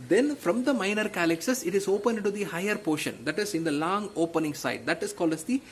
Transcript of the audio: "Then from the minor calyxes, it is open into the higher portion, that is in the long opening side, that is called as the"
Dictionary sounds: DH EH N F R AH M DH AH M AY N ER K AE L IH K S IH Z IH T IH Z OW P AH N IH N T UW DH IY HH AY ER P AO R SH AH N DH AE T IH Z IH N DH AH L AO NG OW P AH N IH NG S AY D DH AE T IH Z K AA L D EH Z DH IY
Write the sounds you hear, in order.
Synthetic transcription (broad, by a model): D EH N F R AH M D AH M AY N ER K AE L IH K S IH S IH T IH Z OW P AH N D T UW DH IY HH AY ER P AO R SH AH N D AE T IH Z IH N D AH L AO NG OW P AH N IH NG S AY D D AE T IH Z K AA L AH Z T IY